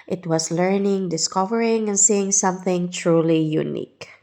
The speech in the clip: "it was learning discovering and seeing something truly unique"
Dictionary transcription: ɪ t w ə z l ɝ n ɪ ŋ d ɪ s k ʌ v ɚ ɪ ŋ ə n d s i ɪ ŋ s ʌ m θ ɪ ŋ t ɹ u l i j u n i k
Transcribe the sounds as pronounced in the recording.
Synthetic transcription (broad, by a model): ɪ t w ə s l ɝ n ɪ ŋ d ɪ s k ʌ v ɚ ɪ ŋ ə n d s i ɪ ŋ s ʌ m θ ɪ ŋ t ɹ u l i j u n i k